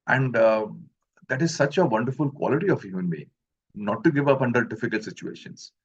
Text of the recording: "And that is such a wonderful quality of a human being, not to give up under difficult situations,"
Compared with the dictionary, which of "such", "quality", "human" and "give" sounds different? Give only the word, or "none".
human